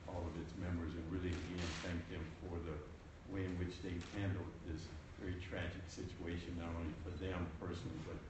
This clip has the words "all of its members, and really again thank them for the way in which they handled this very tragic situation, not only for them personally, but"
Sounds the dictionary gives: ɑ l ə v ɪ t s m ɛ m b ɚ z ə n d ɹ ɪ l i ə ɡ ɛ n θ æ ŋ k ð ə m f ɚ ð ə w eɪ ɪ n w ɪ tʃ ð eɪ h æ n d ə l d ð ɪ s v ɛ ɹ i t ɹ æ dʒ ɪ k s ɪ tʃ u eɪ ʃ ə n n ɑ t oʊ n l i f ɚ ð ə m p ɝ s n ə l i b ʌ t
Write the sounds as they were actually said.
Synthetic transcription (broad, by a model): ɑ l ə v ɪ t s m ɛ m ɚ z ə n ɹ ɪ l i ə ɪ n θ æ ŋ k ð ə m f ɚ ð ə w eɪ ɪ n w ɪ tʃ ð eɪ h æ n d l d ð ɪ s v ɛ ɹ i t ɹ æ dʒ ɪ k s ɪ tʃ u eɪ ʃ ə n n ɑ t oʊ n l i f ɚ ð ə m p ɝ s n l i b ʌ t